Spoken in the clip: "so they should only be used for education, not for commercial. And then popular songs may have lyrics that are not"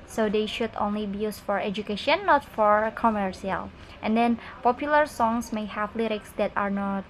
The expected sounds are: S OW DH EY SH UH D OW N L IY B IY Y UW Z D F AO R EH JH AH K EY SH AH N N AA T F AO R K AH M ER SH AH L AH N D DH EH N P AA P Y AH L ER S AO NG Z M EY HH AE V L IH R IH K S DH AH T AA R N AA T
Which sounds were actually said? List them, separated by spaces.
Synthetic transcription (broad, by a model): S OW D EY SH UH D OW N L IY B IY Y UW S F AO R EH JH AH K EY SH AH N N AA T F AO R K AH M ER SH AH L AH N D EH N P AA P Y AH L ER S AO NG S M EY HH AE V L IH R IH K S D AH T AA R N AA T